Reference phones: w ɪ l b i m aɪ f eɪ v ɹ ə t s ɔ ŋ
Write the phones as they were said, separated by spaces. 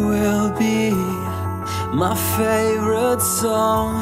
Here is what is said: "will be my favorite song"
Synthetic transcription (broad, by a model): w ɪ l b i m aɪ f eɪ v ɹ ə t s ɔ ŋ